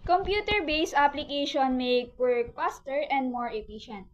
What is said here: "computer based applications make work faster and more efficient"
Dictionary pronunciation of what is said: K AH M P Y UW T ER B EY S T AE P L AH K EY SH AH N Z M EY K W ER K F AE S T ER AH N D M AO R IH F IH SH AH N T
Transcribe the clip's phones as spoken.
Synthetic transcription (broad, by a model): K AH M P Y UW T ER B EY S AA P L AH K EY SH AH N M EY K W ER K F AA S T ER AH N D M AO R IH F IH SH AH N T